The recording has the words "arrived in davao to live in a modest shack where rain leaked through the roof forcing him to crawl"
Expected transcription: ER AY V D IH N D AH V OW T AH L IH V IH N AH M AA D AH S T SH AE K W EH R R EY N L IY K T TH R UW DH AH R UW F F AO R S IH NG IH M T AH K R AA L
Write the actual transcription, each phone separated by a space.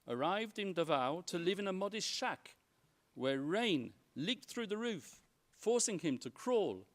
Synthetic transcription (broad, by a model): ER AY V D IH N D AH V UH T AH L IH V IH N AH M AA D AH S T SH AE K W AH R R EY N L IY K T TH R UW DH AH R UW F F AO R S IH NG IH M T AH K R AA L